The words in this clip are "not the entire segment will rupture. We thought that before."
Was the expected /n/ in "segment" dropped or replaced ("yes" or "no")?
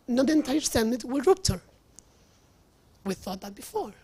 yes